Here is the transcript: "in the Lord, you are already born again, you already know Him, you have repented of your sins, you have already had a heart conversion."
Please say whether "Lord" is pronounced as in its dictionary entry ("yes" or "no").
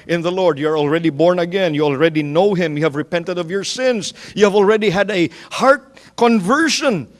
yes